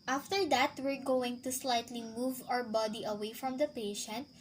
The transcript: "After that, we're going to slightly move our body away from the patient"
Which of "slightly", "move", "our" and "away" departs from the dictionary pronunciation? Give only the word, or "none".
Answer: none